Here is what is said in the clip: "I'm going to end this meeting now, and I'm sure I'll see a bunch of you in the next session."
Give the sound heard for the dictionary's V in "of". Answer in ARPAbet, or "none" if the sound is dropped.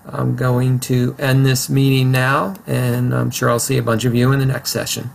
V